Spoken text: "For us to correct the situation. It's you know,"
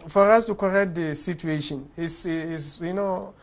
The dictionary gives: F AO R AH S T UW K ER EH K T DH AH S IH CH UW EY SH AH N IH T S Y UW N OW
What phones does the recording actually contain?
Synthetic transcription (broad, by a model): F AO R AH S T UW K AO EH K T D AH S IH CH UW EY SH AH N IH S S Y UW N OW